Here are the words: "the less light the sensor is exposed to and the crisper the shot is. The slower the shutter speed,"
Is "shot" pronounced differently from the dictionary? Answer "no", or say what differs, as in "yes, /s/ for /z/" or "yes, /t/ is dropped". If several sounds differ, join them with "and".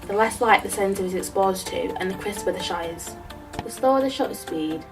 yes, /t/ is dropped